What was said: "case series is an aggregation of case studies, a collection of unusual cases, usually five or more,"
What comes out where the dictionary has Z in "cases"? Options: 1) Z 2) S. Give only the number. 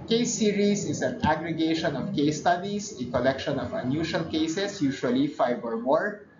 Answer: 2